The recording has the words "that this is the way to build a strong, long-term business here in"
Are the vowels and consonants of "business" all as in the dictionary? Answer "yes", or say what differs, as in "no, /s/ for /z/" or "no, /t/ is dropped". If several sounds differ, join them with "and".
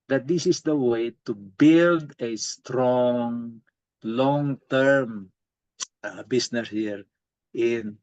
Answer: no, /s/ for /z/